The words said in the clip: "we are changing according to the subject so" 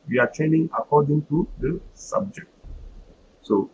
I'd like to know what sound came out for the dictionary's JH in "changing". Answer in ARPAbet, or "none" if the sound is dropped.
none